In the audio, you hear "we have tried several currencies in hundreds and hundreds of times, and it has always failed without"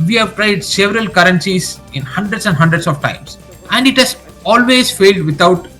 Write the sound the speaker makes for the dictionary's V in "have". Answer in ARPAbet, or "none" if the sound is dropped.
V